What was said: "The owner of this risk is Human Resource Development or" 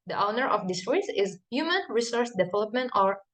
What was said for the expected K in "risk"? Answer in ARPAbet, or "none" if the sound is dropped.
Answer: none